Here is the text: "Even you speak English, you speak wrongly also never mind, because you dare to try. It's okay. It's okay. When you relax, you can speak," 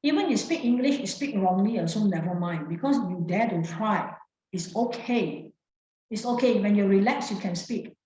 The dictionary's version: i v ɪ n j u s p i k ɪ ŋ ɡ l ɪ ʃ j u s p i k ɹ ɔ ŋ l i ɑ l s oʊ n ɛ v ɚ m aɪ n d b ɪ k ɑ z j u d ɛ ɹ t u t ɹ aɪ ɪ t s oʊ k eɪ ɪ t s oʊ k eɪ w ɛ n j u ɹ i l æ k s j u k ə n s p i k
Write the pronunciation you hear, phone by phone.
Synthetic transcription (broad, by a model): i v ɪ n j u s p i k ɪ ŋ ɡ l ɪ ʃ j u s p i k ɹ ɔ ŋ l i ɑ s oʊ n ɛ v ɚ m aɪ n b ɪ k ɑ s j u d ɛ t u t ɹ aɪ ɪ t s oʊ k eɪ ɪ t s oʊ k eɪ w ɛ n j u ɹ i l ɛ k s j u k ə n s p i k